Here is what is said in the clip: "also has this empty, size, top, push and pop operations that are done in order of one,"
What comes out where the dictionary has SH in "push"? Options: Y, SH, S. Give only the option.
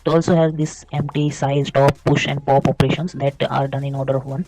SH